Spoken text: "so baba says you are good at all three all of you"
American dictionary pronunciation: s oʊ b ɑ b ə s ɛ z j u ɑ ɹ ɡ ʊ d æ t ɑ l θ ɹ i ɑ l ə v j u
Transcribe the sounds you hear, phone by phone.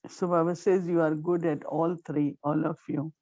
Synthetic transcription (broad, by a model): s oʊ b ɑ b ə s ɛ z j u ɑ ɹ ɡ ʊ d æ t ɑ l t ɹ i ɑ l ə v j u